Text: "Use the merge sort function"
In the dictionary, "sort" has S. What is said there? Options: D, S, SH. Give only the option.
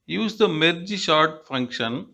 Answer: SH